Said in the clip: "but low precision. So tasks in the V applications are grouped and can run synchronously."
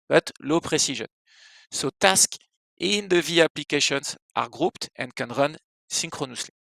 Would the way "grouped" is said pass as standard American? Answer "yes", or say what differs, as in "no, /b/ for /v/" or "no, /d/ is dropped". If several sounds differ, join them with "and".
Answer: yes